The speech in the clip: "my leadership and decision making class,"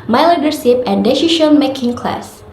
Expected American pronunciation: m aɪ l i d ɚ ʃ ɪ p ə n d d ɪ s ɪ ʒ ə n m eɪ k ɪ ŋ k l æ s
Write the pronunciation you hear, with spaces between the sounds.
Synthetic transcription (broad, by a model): m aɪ l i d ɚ s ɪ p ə n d d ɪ ʃ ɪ ʃ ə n m eɪ k ɪ ŋ k l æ s